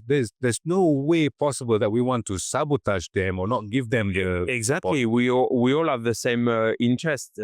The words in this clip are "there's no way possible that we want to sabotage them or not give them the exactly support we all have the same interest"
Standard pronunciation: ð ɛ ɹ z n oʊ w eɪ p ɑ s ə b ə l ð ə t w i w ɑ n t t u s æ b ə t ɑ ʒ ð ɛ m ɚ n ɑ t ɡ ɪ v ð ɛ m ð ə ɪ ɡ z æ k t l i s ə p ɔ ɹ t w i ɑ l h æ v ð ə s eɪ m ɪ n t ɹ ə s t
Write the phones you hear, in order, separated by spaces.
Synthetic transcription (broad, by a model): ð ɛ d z n oʊ w eɪ p ɑ s ə b ə l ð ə t w i w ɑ n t t u s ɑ b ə t ɑ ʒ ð ɛ m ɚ n ɑ t ɡ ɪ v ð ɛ m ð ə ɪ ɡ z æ k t l i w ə ɔ w i ɑ l h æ v ð ə s eɪ m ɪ n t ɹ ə s t